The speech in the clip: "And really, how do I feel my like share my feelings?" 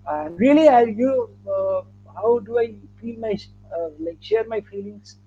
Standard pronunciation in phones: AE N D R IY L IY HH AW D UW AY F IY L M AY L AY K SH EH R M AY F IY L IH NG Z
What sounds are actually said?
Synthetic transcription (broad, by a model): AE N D L IY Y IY HH AW D UW AY F IY L M AY L AY K SH EH R M AY F IY L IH NG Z